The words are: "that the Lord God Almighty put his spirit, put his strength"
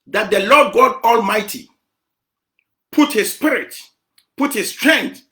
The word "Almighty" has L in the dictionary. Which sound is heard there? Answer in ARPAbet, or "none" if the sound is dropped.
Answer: L